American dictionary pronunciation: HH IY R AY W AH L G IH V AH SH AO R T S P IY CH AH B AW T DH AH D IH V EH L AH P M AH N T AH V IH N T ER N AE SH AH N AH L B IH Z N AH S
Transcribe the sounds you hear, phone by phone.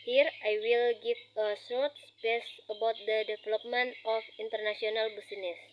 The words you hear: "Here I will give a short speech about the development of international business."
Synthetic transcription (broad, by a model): HH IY R AY W AH L G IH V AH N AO T S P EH S AH B AW T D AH D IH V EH L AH P M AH N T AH F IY N T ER N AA S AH N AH L B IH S N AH S